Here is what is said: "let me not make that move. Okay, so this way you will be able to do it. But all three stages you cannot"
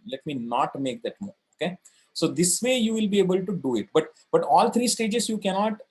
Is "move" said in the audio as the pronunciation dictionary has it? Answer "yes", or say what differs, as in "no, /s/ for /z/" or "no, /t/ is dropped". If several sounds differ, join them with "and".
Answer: no, /v/ is dropped